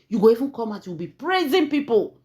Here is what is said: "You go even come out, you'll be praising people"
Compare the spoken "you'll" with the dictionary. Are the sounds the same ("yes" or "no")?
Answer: no